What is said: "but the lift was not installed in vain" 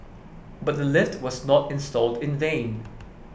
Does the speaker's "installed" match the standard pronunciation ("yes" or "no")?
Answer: yes